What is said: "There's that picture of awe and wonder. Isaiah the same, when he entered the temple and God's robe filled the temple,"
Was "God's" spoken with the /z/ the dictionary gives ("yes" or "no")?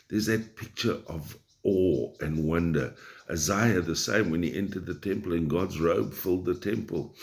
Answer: yes